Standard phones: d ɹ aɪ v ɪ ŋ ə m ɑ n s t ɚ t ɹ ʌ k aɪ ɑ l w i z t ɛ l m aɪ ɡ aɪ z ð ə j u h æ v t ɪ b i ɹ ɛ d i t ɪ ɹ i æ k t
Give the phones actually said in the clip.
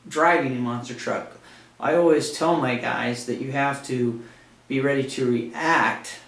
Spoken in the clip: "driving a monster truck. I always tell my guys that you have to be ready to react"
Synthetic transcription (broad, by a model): d ɹ aɪ v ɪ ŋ ə m ɑ n s t ɚ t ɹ ʌ k aɪ ɑ l w i z t ɛ l m aɪ ɡ aɪ z ð ə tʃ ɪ h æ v t ɪ b i ɹ ɛ d i t ɪ ɹ i æ k t